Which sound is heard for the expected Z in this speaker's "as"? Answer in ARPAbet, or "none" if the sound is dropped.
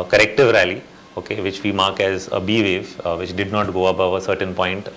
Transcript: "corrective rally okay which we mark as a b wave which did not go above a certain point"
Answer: Z